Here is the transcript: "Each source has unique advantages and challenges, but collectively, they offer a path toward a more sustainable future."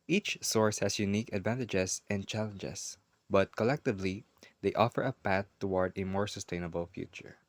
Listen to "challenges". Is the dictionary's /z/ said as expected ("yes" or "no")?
no